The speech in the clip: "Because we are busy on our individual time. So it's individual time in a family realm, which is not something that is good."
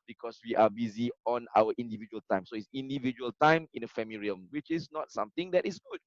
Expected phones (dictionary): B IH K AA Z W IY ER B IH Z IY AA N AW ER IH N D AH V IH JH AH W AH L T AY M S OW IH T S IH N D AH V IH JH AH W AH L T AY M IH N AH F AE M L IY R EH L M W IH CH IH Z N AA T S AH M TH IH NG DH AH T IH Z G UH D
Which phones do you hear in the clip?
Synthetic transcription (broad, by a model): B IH K AA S W IY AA B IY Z IY AA N AW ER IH N D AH V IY JH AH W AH L T AY M S OW IH T S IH N D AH V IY JH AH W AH L T AY M IH N AH F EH M IY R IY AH M W IH CH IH S N AA T S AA M T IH NG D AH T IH S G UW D